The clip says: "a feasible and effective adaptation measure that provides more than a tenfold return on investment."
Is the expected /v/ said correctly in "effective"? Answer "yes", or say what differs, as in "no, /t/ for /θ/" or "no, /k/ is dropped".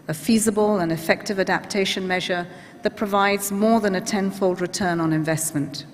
yes